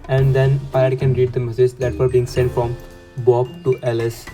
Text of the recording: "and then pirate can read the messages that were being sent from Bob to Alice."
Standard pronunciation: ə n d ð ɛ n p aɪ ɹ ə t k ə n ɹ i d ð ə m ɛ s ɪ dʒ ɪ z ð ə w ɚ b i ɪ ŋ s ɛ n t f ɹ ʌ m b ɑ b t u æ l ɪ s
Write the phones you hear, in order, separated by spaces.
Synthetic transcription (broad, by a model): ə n d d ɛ n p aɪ ə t k ə n ɹ i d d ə m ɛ s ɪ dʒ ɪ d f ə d b i ɪ ŋ s ɛ n t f ɹ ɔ m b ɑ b t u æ l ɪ s